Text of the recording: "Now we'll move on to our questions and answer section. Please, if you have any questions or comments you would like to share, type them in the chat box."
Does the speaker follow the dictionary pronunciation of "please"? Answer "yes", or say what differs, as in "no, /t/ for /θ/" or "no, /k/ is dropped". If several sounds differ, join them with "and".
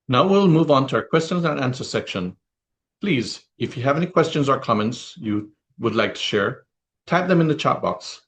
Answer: yes